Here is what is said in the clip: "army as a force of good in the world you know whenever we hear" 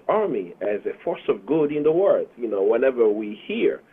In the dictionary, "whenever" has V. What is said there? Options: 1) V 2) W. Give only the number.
1